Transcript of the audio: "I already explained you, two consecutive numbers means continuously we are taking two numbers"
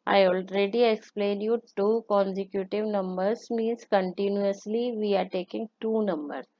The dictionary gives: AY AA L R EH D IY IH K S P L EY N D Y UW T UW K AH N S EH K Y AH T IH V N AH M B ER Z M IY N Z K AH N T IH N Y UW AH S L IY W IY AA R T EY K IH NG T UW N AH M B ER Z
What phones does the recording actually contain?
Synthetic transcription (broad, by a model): AY AA L R EH D IY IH K S P L EY N Y UW T UW K AH N S EH K Y AH T IH V N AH M B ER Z M IY N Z K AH N T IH N Y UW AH S L IY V IY AA R T EY K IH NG T UW N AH M B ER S